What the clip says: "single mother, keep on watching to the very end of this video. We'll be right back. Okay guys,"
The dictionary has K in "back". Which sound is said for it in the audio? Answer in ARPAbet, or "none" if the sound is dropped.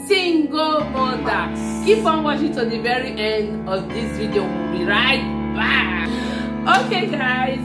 none